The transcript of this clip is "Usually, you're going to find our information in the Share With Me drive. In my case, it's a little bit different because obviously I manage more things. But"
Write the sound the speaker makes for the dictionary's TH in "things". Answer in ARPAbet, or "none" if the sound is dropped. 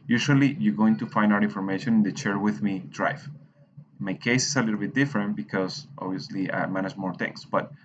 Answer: T